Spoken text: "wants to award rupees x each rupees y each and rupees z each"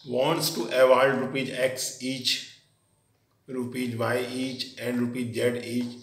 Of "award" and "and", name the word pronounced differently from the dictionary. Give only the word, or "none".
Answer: award